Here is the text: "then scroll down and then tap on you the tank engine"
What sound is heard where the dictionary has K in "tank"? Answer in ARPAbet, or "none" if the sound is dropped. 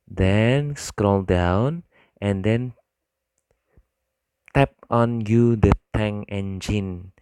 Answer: none